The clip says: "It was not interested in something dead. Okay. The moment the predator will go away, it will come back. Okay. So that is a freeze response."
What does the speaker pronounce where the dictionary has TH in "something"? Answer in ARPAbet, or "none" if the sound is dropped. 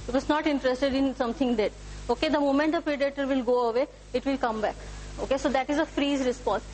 T